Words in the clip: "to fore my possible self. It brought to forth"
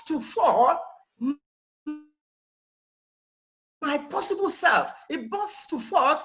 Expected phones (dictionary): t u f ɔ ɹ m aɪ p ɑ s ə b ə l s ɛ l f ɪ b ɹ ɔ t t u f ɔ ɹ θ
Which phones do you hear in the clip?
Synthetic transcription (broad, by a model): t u f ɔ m m aɪ p ɑ s ə b ə l s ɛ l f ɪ b ɔ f t u f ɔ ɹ